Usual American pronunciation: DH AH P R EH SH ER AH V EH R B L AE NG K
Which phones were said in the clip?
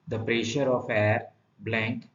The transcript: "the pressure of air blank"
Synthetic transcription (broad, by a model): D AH P R EH SH ER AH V EH R B L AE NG K